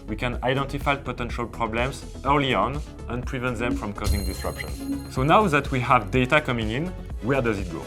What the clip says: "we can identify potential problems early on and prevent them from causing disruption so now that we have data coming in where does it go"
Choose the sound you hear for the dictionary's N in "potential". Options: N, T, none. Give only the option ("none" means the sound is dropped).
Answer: N